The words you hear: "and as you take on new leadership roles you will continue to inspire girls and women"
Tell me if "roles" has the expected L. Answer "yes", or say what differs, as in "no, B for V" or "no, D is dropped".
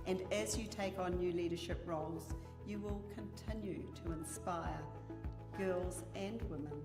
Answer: yes